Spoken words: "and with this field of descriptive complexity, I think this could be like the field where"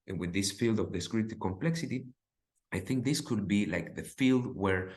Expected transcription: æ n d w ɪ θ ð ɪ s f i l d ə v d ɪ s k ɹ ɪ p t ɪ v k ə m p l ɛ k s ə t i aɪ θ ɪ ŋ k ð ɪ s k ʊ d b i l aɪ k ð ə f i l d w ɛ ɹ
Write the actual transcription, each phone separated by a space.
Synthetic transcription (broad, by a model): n w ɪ ð ɪ s f i l d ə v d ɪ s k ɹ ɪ t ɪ k ə m p l ɛ k s ə t i aɪ θ ɪ ŋ k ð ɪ s k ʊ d b i l aɪ k ð ə f i l d w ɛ ɹ